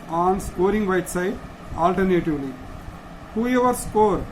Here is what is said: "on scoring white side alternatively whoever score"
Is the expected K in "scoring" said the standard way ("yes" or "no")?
no